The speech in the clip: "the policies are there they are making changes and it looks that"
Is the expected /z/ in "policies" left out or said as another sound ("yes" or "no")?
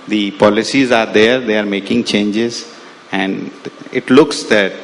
no